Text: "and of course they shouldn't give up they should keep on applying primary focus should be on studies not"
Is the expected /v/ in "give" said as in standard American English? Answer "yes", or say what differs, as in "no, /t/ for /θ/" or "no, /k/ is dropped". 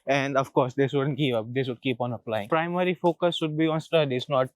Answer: no, /p/ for /v/